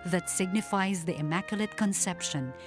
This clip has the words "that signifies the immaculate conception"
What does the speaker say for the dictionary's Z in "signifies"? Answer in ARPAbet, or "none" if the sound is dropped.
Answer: Z